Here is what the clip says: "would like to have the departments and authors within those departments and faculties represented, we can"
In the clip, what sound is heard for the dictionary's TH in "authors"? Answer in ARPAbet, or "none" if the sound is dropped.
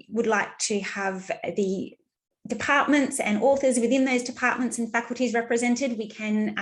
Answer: TH